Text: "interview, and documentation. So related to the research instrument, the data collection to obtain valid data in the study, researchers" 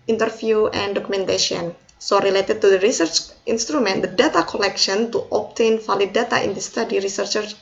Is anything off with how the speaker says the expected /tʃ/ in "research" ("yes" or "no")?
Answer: no